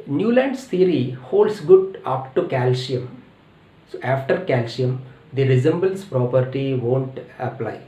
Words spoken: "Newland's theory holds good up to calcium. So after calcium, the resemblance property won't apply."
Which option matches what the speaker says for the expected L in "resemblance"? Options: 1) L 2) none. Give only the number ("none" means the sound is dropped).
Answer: 2